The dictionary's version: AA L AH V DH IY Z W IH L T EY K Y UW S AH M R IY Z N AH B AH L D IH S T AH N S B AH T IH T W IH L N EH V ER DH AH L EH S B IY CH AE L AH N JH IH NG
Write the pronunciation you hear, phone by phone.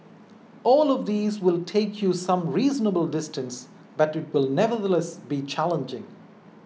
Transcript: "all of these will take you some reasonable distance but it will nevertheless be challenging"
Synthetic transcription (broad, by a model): AA L AH V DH IY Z W IH L T EY K Y UW S AH M R IY Z N AH B AH L D IH S T AH N S B AH T IH T W IH L N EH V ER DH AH L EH S B IY CH AE L AH N JH IH NG